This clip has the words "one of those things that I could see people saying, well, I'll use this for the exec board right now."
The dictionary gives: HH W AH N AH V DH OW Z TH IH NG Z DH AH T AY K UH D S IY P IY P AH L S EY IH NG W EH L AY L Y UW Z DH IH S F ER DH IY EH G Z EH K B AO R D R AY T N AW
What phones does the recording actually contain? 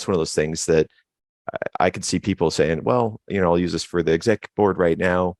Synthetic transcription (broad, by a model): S W AH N AH V DH OW Z TH IH NG Z DH AH T AY K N S IY P IY P L S EY IH NG W EH L AY L Y UW Z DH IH S F ER DH IY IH G Z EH K B AO R D R AY T N AW